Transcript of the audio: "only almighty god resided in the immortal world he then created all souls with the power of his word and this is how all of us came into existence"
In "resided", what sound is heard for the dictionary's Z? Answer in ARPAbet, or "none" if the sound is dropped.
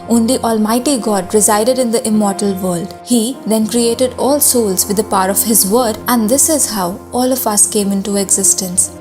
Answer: Z